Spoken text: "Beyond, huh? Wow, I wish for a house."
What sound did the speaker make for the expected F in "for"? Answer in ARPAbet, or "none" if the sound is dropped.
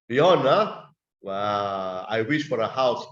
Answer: F